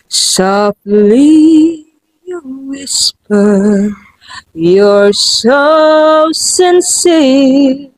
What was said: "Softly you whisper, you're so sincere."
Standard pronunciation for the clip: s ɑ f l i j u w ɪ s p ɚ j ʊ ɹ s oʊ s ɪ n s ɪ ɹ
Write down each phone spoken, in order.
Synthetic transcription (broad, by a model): s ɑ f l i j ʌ w ɪ s p ɚ j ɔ ɹ s oʊ s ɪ n s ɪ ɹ